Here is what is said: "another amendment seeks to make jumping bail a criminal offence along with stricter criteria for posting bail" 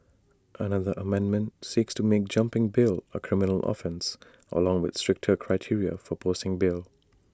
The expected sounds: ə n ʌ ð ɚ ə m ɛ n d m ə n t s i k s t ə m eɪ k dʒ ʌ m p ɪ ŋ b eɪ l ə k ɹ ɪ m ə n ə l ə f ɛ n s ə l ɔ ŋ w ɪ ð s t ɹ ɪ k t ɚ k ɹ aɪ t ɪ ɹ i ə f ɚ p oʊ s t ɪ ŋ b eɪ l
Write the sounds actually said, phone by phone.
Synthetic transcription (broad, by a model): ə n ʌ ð ɚ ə m ɛ n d m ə n t s i k s t ə m eɪ k dʒ ʌ m p ɪ ŋ b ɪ l ə k ɹ ɪ m ə n ə l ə f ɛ n s ə l ɔ ŋ w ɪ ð s t ɹ ɪ k t ɚ k ɹ aɪ t ɪ ɹ i ə f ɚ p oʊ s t ɪ ŋ b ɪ l